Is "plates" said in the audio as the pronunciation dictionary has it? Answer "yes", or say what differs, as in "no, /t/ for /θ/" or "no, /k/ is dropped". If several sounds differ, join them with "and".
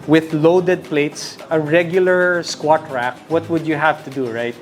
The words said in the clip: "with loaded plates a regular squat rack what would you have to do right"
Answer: yes